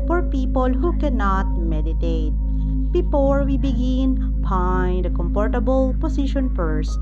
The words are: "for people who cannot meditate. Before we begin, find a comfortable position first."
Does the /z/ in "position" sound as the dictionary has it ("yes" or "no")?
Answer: no